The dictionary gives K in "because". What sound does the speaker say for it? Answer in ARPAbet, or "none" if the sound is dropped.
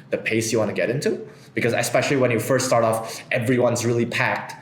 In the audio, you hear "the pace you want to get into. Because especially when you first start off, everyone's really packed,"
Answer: K